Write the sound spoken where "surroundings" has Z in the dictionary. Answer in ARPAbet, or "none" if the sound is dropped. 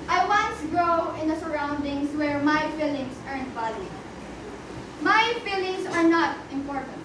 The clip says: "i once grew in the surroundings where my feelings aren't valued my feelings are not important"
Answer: S